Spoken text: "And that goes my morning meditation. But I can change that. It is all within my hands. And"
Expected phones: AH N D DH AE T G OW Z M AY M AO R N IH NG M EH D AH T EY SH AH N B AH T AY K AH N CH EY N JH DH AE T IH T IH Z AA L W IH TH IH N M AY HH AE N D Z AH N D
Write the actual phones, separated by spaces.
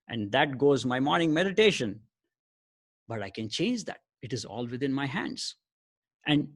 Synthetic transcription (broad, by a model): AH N D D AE T G OW Z M AY M AO R N IH NG M EH D AH T EY SH AH N B AH T AY K AH N CH EY N JH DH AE T IH T IH Z AA L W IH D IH N M AY HH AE N D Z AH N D